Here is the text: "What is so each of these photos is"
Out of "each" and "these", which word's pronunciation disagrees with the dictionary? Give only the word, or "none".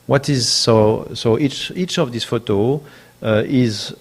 these